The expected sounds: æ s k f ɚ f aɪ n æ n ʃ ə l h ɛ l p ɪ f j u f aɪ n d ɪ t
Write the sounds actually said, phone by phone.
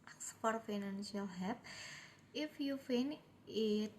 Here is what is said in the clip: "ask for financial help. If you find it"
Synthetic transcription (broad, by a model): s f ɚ f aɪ n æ n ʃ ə l h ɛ p ɪ f j u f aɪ n ɪ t